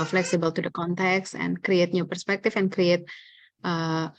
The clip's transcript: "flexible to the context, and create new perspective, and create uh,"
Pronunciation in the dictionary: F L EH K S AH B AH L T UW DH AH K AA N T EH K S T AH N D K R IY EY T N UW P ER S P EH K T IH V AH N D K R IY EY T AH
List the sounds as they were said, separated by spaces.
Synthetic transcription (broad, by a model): F L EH K S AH B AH L T UW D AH K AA N T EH K S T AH N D K R IY EY T N UW P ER S P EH K T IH F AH N K R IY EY T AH